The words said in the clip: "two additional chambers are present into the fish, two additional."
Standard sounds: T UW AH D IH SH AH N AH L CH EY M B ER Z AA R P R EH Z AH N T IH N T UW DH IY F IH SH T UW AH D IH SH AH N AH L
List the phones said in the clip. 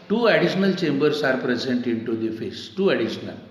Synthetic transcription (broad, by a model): T UW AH D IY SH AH N AH L CH EY M B ER S AA R P R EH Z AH N T IH N T UW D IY F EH S T UW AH D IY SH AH N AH L